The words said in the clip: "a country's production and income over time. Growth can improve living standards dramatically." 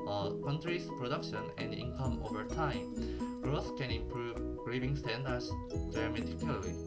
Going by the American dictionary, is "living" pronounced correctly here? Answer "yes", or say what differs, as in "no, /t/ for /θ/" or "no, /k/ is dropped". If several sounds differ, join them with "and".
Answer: no, /b/ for /v/